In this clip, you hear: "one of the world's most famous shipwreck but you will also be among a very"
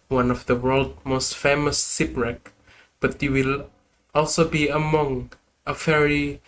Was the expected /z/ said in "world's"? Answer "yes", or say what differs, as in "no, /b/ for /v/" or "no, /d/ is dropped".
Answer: no, /z/ is dropped